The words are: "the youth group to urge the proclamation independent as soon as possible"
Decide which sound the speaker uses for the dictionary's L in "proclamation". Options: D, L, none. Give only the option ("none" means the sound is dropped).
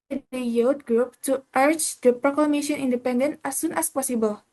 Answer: L